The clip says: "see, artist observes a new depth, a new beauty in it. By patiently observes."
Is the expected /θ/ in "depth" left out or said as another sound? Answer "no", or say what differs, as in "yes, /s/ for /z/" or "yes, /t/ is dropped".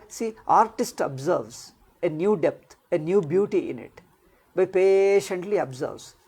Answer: yes, /t/ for /θ/